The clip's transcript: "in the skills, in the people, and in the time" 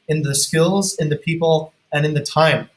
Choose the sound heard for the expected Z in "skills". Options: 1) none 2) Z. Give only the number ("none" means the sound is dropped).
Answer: 2